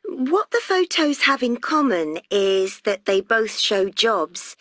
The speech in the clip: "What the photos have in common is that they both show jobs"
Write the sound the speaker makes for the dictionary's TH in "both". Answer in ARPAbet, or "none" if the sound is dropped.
TH